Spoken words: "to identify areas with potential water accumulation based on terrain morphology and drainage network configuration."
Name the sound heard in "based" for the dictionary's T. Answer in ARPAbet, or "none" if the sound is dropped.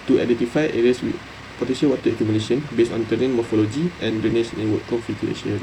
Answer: none